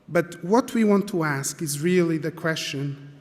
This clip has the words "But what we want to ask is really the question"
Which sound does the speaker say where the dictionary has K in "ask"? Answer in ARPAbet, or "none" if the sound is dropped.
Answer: K